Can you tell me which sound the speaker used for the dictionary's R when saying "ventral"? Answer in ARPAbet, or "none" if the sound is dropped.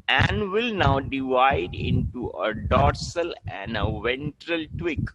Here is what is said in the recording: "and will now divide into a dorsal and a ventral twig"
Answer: R